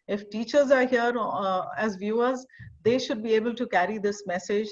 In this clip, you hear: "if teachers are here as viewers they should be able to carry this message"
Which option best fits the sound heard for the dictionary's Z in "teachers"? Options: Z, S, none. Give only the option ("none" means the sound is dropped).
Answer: Z